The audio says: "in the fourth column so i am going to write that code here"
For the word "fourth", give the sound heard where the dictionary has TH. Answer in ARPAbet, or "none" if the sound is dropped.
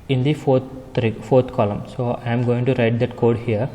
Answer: F